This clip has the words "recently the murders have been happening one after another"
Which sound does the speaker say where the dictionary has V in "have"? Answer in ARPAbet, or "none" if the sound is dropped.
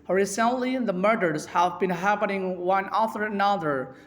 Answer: V